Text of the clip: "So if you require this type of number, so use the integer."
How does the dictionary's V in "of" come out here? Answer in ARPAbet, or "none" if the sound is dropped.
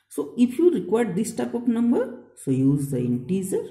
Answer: P